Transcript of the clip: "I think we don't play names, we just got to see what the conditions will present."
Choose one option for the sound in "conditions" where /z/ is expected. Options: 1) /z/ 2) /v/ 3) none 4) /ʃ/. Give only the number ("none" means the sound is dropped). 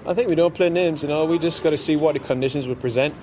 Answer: 1